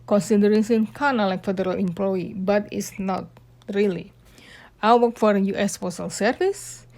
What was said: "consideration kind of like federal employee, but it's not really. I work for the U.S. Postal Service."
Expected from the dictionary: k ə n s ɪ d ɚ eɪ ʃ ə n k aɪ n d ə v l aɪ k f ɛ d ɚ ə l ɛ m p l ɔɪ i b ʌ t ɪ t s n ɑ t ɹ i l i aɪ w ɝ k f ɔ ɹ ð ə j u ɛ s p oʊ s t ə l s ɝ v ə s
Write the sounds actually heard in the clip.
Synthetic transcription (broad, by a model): k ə n s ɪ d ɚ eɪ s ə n k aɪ n ə l aɪ k f ɛ d ɚ ə l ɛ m p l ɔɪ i b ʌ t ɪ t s n ɑ t ɹ i l i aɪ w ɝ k f ɔ ɹ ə j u ɛ s f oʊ s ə l s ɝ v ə s